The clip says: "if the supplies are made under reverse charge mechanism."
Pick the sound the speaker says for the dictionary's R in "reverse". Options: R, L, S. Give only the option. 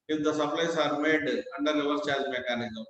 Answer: L